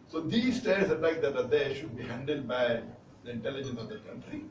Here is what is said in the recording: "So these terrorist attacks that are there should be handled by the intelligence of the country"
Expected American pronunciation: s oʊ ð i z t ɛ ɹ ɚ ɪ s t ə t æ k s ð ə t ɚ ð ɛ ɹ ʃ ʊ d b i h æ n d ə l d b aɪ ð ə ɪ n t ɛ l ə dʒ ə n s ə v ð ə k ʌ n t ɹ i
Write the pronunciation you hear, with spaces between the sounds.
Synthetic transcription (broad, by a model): s oʊ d i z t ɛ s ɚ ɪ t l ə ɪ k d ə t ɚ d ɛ ʃ ʊ d b i h æ n d ə l d b aɪ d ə ɪ n t ɛ l ə dʒ ə n s ə v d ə k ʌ n t ɹ i